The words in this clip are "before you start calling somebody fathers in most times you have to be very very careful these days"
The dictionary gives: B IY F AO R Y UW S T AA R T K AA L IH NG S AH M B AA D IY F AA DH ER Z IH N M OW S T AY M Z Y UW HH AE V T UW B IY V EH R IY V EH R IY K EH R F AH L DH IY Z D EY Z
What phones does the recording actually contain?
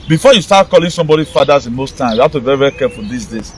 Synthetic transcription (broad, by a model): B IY F AO Y UW S T AA T K AA L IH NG S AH M B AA D IY F AA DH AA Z IH N M OW S T AY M Y UW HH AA F T UW B IY V EH R IY V EH R IY K EH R F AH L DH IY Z D EY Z